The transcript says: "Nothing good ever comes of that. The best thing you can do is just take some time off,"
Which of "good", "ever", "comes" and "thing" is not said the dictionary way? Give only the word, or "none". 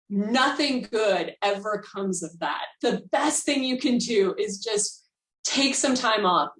none